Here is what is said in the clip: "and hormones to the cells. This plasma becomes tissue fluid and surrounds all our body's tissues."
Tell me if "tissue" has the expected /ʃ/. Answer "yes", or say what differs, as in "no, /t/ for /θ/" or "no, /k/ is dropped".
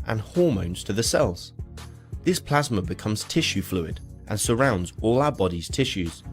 yes